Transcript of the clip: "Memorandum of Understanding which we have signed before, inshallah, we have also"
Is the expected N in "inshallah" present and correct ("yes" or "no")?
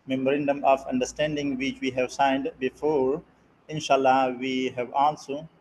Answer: yes